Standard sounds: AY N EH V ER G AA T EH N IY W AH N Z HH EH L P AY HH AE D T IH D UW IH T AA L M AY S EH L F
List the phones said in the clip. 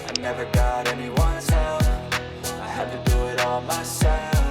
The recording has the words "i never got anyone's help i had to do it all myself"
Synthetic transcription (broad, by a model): AY N EH V ER G AA T EH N IY W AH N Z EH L F AY HH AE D T IH D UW IH T AA L M AY S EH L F